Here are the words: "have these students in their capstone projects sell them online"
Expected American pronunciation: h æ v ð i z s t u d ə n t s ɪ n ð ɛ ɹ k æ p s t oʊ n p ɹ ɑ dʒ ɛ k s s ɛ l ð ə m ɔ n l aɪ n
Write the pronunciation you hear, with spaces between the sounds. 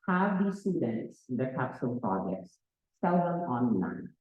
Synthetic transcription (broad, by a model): h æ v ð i s t u d ə n t s ɪ n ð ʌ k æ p s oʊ l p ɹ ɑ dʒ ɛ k s s ɛ l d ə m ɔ n l aɪ n